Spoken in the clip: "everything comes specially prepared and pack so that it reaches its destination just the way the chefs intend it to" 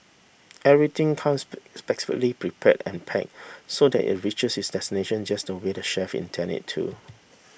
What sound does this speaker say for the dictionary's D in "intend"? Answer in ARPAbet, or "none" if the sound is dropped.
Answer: none